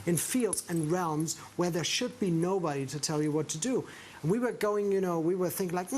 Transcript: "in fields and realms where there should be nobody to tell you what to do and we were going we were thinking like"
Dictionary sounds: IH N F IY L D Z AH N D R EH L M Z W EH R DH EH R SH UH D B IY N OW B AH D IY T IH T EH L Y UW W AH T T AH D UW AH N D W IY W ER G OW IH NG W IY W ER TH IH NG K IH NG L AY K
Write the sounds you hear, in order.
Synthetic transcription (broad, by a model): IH N F IY L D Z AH N R EH L M Z W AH R DH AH R SH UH D B IY N OW B AH D IY T IH T EH L Y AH W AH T T AH D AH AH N W IY W ER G OW IH NG W IY W ER TH IH NG K IH NG L AY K